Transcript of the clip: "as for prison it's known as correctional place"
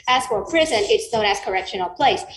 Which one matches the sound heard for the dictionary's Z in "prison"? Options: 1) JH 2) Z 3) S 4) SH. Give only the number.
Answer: 2